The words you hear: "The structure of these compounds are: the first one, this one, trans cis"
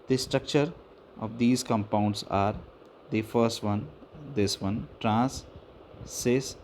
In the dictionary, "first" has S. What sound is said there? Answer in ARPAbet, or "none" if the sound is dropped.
S